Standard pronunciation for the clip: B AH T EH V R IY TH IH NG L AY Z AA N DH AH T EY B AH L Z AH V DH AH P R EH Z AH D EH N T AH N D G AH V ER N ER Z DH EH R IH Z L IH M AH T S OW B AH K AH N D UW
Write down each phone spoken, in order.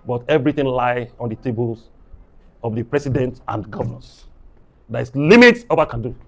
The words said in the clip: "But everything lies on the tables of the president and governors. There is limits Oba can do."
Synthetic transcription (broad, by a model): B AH T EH V R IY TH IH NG L AY AA N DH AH T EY B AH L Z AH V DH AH P R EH S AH D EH N T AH N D G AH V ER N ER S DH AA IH S L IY M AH T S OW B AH K AH N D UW